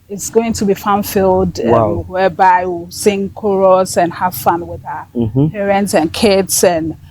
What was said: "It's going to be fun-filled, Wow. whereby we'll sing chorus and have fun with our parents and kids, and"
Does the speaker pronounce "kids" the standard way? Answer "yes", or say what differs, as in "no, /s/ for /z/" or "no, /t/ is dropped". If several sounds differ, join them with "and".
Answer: no, /s/ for /z/